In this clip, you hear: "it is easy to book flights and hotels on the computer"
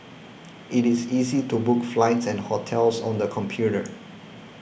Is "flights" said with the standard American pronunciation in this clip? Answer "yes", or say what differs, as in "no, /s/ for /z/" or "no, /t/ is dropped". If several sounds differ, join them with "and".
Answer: yes